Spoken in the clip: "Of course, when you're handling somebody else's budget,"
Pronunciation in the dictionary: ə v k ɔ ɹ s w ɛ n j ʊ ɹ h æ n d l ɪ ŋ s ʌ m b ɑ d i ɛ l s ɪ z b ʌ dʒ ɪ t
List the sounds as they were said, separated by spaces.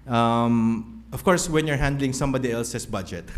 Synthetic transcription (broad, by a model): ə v k ɔ ɹ s w ɛ n j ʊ ɹ h æ n d l ɪ ŋ s ʌ m b ɑ d i ɛ l s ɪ s b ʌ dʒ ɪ t